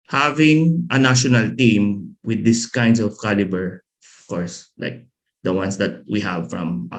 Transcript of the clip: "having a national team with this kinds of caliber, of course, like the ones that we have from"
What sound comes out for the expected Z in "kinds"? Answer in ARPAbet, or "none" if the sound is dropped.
S